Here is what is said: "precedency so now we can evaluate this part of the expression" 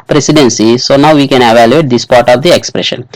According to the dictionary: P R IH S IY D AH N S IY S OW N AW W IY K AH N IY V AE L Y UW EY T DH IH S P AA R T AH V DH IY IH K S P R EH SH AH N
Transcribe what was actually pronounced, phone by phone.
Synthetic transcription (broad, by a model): P R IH S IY D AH N S IY S OW N AW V IY K AH N IY V AE L Y UW EY T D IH S P AA R T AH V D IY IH K S P R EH SH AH N